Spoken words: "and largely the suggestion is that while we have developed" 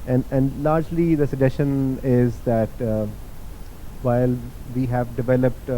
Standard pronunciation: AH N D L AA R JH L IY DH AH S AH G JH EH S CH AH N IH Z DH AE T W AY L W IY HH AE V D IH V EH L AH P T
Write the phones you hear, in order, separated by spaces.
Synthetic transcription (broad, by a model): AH N D L AA R JH L IY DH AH S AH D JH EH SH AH N IH Z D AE T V AY L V IY HH AE V D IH V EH L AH P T